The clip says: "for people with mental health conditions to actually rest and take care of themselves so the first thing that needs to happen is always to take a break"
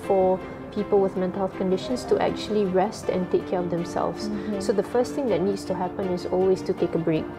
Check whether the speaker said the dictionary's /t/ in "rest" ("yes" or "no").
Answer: yes